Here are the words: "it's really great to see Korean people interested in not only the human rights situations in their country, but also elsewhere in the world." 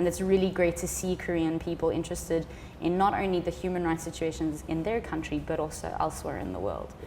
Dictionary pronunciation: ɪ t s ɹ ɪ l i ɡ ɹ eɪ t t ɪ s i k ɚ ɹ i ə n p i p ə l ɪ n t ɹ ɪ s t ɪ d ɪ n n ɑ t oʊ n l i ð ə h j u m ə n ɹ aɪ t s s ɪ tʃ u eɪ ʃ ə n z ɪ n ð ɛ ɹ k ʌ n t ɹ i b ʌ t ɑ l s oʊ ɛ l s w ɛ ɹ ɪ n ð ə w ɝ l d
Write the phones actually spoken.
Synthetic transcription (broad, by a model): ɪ t s ɹ ɪ l i ɡ ɹ eɪ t t ɪ s i k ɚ ɹ i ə n p i p ə l ɪ n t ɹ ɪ s t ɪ d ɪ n n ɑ t oʊ n l i ð ə h j u m ə n ɹ aɪ t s s ɪ tʃ u eɪ ʃ ə n z ɪ n ð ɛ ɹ k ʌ n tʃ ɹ i b ʌ t ɑ l s oʊ ɛ l s w ɛ ɹ ɪ n ð ə w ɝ l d